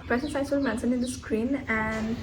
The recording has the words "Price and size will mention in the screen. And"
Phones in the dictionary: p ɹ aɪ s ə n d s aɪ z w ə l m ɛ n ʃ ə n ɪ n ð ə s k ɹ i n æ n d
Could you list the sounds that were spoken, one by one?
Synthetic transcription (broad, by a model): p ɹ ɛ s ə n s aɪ s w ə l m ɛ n s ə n ɪ n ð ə s k ɹ i n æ n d